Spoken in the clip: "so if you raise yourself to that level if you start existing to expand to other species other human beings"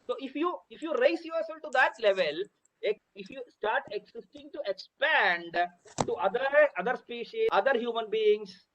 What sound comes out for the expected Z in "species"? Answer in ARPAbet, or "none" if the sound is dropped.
none